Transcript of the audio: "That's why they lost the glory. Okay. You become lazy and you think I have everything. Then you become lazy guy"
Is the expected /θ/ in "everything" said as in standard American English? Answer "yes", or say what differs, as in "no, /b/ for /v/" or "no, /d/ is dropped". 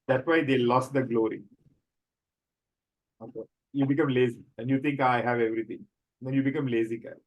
no, /t/ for /θ/